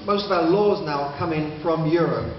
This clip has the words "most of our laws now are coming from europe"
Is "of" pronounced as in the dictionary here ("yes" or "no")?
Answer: yes